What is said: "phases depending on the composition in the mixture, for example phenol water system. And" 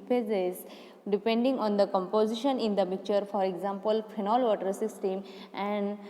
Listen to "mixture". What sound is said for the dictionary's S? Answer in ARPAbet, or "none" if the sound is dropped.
none